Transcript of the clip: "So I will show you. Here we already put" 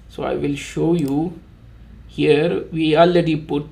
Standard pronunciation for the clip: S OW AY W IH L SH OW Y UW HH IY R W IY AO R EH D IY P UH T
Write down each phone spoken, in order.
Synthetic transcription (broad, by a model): S OW AY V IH L SH OW Y UW HH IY R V IY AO L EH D IY P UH T